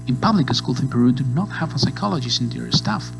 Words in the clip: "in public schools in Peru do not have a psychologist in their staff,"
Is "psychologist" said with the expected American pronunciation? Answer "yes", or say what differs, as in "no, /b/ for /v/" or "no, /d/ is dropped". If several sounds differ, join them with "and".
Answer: no, /t/ is dropped